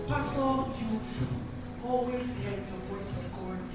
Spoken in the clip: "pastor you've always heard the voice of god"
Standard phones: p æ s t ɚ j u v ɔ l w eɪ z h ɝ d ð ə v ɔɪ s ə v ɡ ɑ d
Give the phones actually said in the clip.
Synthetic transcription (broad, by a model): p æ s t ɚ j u ɔ l w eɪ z h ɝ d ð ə v ɔɪ s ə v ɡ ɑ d